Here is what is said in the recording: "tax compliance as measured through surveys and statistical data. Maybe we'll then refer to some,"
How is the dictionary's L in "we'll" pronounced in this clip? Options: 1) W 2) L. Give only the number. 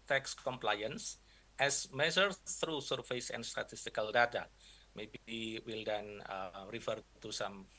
2